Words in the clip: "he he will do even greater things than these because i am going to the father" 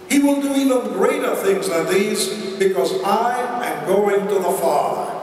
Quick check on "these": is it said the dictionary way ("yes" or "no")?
yes